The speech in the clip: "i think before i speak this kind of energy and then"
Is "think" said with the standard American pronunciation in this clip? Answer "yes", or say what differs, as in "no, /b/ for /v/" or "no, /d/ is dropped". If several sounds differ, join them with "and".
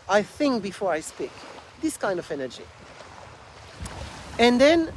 yes